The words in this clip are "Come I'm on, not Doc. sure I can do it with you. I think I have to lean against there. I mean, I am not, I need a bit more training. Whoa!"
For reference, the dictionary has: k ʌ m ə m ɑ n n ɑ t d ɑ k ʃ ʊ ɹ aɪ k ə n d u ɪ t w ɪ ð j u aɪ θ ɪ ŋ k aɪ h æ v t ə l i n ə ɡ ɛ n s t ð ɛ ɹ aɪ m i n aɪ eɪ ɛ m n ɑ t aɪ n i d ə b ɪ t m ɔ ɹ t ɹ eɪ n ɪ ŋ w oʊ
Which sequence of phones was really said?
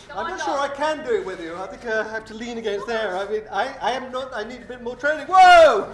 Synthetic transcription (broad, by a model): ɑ ə m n n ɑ t ʃ ʊ ɹ aɪ k ə n d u ɪ t w ɪ ð j u aɪ θ ɪ ŋ k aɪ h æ f t ə l i n ə ɡ ɛ n s t ð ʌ ɹ aɪ m i n aɪ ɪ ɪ m n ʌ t aɪ n i d ə b ɪ t m ɔ ɹ t ɹ eɪ n ɪ ŋ w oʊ